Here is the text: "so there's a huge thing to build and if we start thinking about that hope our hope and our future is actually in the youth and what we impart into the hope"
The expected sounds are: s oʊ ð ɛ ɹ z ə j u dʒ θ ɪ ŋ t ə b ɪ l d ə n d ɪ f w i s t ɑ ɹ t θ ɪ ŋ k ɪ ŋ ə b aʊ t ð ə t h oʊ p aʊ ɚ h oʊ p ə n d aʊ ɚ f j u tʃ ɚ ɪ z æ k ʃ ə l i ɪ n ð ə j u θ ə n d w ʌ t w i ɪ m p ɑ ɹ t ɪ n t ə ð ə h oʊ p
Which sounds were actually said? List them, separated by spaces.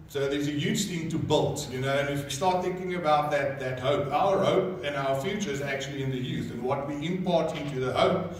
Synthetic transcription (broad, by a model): s oʊ ð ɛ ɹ z ə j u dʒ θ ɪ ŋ t ə b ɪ l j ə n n ɪ f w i s t ɑ ɹ t θ ɪ ŋ k ɪ ŋ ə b aʊ t ð ə t h oʊ p aʊ ɚ h oʊ p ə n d aʊ ɚ f j u tʃ ɚ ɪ z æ k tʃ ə l i ɪ n ð ə j u θ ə n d w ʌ t w i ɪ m p ɑ ɹ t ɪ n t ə ð ə h oʊ p